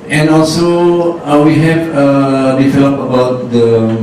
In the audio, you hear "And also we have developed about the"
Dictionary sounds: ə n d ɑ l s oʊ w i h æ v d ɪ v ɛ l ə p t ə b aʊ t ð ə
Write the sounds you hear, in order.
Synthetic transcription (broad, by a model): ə n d ɑ l s oʊ w i h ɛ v d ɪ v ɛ l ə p ə b aʊ t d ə